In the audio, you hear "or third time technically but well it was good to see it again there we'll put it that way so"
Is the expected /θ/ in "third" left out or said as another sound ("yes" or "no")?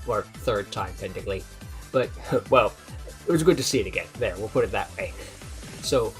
no